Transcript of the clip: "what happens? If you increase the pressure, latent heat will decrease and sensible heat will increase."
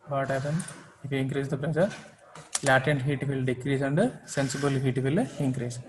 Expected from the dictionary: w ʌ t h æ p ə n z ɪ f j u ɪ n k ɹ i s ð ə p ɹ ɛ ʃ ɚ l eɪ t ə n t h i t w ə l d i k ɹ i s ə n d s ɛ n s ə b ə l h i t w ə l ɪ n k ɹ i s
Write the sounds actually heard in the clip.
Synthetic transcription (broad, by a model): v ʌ t h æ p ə n ɪ f j u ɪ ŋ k ɹ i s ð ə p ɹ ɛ s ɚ l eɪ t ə n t h i t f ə l d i k ɹ i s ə n d s ɛ n s ə b ə l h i t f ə l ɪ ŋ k ɹ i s